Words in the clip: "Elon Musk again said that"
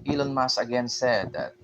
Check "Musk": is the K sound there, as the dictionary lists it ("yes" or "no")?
no